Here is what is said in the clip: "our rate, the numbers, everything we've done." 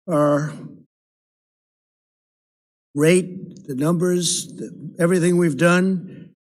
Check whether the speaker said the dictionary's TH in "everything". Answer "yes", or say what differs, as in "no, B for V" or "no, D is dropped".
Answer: yes